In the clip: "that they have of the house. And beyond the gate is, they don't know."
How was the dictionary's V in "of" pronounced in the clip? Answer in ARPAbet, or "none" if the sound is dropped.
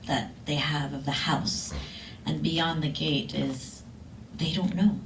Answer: V